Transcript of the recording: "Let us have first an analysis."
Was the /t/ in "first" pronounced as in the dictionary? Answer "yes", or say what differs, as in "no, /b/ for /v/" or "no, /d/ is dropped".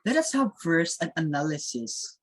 no, /t/ is dropped